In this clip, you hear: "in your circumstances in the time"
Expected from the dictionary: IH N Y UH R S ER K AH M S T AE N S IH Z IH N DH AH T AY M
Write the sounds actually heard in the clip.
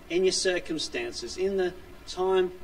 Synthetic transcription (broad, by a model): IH N Y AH R S ER K AH M S T AE N S IH Z IH N DH AH T AY M